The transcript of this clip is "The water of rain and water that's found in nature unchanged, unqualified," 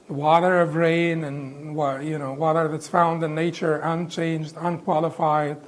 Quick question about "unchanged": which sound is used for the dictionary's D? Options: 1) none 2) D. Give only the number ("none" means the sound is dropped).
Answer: 2